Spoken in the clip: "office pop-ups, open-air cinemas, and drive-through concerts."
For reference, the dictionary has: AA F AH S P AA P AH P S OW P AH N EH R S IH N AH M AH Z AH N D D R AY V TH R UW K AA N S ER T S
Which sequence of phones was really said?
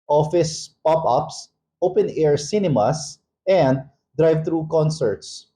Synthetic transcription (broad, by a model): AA F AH S P AA P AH P S OW P AH N EH R S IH N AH M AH S AH N D D R AY V T R UW K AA N S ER T S